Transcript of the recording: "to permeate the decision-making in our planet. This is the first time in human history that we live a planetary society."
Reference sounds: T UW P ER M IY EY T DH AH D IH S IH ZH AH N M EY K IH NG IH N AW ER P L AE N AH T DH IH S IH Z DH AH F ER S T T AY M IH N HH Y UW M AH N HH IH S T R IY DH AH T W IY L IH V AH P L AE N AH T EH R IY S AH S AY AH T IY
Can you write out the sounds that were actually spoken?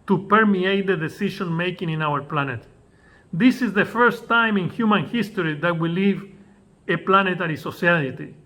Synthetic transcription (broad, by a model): T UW P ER M IY EY T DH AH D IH S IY SH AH N M EY K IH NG IH N AW ER P L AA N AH T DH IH S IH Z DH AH F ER S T T AY M IH N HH Y UW M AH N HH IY S T R IY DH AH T W IY L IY V AH P L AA N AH T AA R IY S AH S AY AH T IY